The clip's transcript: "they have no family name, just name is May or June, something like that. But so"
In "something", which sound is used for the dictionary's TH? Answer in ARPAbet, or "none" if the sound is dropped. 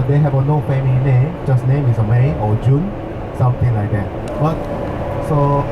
T